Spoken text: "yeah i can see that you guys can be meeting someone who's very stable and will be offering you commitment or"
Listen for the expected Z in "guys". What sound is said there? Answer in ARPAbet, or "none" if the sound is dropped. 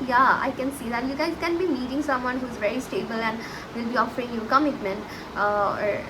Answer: none